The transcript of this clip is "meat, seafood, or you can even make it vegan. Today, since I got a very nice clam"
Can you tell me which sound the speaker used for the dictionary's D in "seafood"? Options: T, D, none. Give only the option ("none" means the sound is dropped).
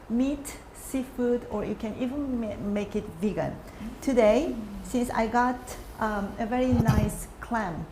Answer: D